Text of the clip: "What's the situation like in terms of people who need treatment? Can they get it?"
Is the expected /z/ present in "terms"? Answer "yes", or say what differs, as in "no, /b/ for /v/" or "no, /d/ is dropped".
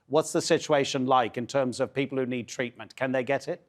yes